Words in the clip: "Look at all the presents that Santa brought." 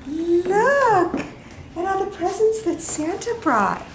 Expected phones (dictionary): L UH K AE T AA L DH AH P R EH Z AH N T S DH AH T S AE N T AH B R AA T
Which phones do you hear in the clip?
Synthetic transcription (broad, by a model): L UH K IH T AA N DH AH P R EH Z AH N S DH AH T S AE N T AH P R AA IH